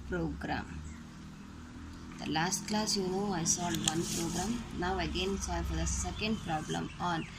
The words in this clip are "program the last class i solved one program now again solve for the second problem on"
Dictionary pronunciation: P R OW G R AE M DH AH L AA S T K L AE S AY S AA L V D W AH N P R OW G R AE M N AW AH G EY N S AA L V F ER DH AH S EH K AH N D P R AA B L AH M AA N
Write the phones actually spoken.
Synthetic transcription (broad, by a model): P R OW G R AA M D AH L AA S T K L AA S AY S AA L D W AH N P R OW G R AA M N AW AH G EY N S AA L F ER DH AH S EH K AH N D P R AA B L AH M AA N